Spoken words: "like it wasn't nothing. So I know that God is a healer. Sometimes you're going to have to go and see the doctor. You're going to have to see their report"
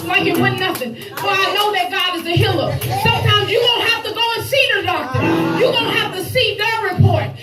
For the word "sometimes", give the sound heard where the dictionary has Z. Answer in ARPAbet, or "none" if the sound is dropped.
Z